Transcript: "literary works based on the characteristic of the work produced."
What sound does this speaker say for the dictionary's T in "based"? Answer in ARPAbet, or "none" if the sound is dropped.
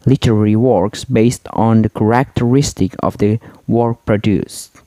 T